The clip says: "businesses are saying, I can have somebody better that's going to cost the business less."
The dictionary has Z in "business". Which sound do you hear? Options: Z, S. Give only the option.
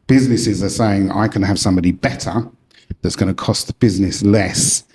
Z